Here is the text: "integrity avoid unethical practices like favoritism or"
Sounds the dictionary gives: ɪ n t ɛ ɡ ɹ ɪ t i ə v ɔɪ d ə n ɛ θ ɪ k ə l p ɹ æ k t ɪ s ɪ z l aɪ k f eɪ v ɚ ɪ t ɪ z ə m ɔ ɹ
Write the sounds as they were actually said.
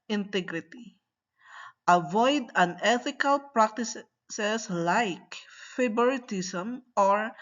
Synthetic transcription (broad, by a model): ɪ n t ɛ ɡ ɹ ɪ t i ə v ɔɪ d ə n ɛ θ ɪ k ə l p ɹ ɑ k t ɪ s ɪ s l aɪ k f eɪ b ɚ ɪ t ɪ s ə m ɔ ɹ